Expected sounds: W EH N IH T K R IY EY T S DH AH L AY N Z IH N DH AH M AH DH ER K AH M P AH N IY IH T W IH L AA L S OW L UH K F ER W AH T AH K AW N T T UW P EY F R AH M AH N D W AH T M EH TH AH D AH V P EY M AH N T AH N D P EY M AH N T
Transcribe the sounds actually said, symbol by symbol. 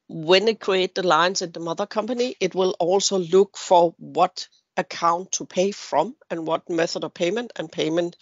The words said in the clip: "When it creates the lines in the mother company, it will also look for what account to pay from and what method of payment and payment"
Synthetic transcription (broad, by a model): W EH N IH T K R IY EY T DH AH L AY N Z IH N DH AH M AH DH ER K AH M P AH N IY IH T W IH L AA L S OW L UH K F ER W AH T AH K AW N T T UW P EY F R AH M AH N W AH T M EH TH AH D AH V P EY M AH N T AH N P EY M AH N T